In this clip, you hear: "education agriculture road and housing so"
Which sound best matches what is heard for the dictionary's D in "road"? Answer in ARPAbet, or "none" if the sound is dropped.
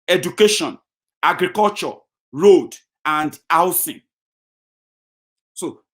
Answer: D